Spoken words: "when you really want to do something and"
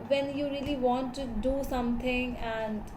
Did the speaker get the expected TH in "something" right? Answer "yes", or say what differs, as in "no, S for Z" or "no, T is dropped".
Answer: no, T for TH